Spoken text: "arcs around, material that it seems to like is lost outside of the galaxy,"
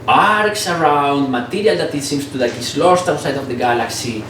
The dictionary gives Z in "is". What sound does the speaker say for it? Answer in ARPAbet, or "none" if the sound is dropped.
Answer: S